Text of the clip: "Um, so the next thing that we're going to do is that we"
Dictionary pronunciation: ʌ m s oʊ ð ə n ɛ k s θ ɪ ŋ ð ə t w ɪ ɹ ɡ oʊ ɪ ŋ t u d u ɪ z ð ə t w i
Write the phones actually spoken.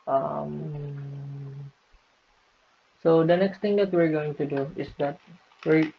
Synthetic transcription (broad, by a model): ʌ m s oʊ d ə n ɛ k s t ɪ ŋ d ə t w ɪ ɹ ɡ oʊ ɪ ŋ t u d u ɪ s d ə t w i